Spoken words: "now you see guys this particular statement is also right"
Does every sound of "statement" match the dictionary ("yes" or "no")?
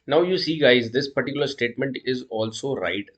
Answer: yes